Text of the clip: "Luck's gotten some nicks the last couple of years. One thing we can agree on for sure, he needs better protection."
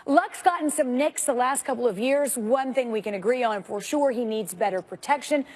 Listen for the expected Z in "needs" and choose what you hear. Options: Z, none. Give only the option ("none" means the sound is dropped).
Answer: Z